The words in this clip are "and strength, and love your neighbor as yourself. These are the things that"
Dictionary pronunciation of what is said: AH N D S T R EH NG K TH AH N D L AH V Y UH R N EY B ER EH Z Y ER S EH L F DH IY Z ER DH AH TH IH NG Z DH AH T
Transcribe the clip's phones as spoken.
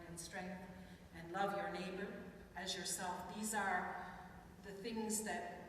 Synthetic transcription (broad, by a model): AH N S T R EH NG K TH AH N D L AH V Y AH R N EY B ER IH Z Y ER S EH L F DH IY Z ER DH AH TH IH NG Z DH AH T